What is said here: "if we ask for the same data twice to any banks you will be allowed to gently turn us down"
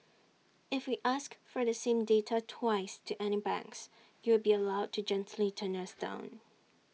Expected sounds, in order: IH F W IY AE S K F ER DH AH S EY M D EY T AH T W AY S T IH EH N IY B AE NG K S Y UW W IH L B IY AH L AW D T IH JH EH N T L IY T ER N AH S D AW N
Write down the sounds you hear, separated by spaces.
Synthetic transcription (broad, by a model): IH F W IY AE S K F ER DH AH S EY M D EY T AH T W AY S T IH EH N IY B AE NG K S Y UW W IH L B IY AH L AW D T IH JH EH N T L IY T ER N AH S D AW N